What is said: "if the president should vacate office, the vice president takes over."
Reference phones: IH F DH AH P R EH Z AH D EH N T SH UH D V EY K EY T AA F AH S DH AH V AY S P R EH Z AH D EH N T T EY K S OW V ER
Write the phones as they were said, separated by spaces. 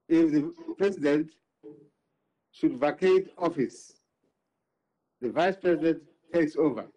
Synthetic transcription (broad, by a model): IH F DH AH P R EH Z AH D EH N T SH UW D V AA K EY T AA F AH S DH AH V AY S P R EH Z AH D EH N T T EY K S OW V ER